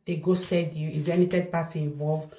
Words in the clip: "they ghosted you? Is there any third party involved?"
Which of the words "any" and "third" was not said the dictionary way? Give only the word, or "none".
third